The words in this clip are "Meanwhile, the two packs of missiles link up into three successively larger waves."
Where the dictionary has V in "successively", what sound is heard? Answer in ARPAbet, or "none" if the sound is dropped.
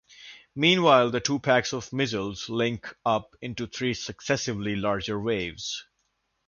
V